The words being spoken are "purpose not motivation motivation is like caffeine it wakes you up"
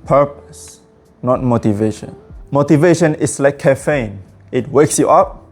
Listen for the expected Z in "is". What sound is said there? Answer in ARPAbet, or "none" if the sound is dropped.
S